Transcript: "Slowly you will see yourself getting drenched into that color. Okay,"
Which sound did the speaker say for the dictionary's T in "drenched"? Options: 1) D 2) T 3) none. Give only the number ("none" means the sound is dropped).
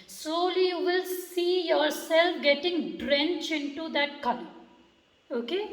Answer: 3